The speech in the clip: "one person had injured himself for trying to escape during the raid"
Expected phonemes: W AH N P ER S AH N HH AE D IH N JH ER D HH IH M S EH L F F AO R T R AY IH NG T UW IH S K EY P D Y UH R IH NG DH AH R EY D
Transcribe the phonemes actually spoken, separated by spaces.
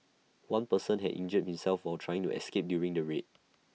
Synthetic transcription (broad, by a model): W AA N P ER S AH N HH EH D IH N JH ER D HH IH M S EH L F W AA L T R AY IH NG T UW IH S K EY P D Y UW R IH NG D AH R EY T